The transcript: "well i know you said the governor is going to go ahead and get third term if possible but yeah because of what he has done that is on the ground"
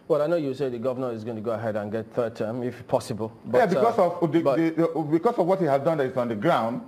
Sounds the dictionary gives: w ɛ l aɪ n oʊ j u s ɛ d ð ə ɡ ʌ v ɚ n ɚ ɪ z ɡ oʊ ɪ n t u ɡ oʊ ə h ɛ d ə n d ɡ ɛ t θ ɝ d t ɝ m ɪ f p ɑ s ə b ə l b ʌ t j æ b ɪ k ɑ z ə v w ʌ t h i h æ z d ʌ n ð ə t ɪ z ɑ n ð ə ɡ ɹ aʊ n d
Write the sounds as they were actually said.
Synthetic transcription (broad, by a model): w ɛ l aɪ n oʊ j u s ɛ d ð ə ɡ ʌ v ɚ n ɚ ɪ z ɡ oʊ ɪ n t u ɡ oʊ ə h ɛ d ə n ɡ ɛ t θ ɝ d t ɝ m ɪ f p ɑ s ə b ə l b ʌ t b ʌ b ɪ k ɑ s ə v w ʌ t h i h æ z d ʌ n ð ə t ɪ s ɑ n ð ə ɡ ɹ aʊ n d